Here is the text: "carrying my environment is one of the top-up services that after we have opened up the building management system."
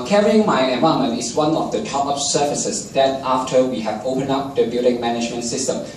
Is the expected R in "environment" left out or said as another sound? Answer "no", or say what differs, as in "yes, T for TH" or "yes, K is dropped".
yes, R is dropped